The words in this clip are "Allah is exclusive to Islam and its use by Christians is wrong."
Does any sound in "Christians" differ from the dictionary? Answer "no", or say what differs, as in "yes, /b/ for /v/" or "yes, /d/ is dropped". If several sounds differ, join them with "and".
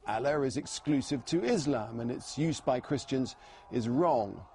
no